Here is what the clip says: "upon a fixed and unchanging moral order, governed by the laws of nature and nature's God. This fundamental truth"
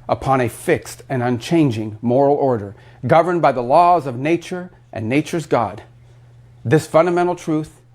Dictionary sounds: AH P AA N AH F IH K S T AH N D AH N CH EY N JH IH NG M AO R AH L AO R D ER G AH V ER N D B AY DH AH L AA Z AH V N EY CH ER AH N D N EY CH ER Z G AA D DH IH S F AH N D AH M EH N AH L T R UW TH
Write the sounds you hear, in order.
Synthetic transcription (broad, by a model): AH P AA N AH F IH K S T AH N AH N CH EY N JH IH NG M AO R L AO R D ER G AH V ER N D B AY DH AH L AA Z AH V N EY CH ER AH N N EY CH ER Z G AA D DH IH S F AH N D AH M EH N L T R UW TH